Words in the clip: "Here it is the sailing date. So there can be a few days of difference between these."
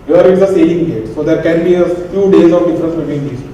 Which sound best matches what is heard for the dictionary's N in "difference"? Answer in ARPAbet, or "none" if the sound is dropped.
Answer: none